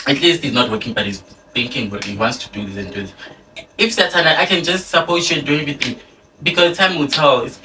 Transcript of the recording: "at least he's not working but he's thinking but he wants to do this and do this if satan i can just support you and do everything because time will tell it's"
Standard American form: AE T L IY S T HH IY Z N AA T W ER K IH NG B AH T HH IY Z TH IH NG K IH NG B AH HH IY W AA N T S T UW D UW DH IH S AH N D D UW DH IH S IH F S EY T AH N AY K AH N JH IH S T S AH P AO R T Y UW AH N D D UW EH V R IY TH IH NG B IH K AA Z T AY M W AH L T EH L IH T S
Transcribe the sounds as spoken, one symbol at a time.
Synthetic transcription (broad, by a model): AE T L IY S T HH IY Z N AA T W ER K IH NG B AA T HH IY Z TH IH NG K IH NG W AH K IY W AA N T S T UW D UW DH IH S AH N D D UW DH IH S IH F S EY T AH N AY K AH N JH IH S T S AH P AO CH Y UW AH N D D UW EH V IY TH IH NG B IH K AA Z T AY M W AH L T EH L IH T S